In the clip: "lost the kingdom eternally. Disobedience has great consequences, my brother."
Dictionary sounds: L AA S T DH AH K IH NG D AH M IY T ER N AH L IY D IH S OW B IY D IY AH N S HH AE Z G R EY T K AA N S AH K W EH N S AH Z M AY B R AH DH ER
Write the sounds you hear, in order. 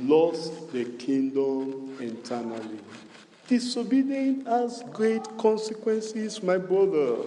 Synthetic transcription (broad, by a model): L AA S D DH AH K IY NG D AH M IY T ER N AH L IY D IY S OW B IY D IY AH N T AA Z G R EY T K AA N S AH K W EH N S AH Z M AY B R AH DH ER